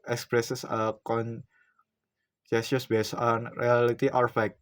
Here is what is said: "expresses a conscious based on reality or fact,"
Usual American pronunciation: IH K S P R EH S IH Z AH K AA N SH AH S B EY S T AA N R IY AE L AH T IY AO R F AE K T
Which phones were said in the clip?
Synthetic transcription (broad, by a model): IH K S P R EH S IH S AH K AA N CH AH S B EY S AA N R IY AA L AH T IY AO R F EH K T